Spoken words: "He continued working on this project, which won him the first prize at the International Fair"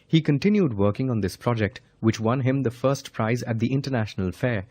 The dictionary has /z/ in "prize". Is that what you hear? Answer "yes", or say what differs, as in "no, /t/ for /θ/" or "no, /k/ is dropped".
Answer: yes